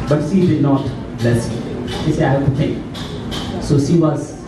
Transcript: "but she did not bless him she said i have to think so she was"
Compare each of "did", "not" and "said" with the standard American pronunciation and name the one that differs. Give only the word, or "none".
said